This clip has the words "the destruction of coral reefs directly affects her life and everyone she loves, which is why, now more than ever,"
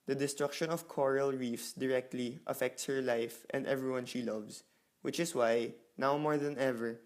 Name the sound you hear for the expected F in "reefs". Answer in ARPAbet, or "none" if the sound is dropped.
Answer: F